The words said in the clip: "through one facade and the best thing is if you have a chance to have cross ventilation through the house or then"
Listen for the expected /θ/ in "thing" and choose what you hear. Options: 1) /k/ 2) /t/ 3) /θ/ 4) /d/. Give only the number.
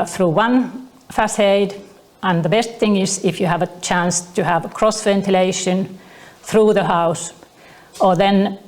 3